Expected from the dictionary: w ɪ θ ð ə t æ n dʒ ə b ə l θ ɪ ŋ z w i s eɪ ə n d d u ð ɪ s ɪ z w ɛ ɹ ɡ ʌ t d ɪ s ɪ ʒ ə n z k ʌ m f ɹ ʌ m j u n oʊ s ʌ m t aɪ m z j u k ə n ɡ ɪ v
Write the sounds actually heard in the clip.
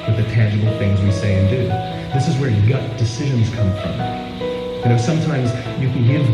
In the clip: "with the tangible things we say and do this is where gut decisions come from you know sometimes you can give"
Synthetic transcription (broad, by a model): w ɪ ð ə t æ n dʒ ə b l θ ɪ ŋ z w i s eɪ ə n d d u ð ɪ s ɪ z w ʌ ɹ ɡ ʌ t d ɪ s ɪ ʒ ə n z k ʌ m f ɹ ʌ m j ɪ n oʊ s ʌ m t aɪ m z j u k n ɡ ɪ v